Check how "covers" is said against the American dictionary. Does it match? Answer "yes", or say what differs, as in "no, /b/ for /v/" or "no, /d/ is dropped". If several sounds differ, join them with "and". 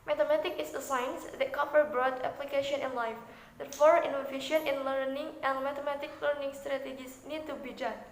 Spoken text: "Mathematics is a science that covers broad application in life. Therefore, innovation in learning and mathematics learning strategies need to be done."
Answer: no, /p/ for /v/ and /z/ is dropped